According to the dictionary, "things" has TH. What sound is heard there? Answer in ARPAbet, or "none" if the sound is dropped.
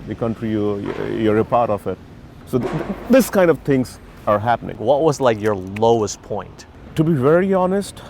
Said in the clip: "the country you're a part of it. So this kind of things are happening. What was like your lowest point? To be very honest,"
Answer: T